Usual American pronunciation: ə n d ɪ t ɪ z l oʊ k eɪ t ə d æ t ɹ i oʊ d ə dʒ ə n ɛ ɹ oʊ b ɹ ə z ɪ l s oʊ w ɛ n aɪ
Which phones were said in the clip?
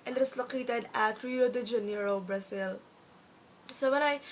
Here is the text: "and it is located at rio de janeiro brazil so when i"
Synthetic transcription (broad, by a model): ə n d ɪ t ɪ s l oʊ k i t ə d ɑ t ɹ i oʊ d ə dʒ ə n ɛ ɹ oʊ b ɹ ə s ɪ l s oʊ w ɛ n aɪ